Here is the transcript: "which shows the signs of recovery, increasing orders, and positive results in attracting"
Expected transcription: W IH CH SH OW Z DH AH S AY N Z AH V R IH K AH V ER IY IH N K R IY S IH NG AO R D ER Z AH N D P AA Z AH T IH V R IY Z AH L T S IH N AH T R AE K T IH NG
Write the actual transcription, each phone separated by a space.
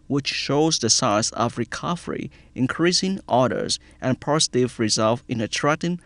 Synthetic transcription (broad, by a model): W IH CH SH OW Z DH AH S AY Z AH V R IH K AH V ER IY IH N K R IY S IH NG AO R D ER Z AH N P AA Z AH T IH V R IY Z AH L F IH N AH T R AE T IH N